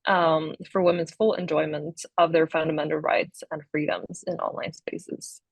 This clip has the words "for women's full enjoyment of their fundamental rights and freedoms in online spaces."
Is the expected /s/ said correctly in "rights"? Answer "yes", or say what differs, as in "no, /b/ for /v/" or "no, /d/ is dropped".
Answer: yes